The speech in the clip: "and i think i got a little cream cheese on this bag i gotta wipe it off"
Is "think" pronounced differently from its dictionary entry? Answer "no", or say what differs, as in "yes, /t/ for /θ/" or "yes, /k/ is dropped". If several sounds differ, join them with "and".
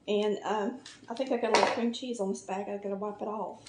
no